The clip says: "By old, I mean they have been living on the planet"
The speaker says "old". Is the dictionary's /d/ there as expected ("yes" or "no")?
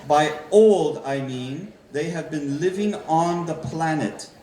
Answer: yes